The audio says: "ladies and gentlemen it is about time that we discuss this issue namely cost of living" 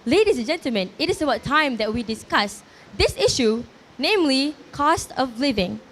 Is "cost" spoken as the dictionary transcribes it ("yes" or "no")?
yes